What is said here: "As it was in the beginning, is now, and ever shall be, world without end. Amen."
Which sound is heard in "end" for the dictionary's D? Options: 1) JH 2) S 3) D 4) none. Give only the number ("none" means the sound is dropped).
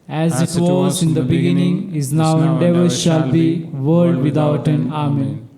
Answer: 4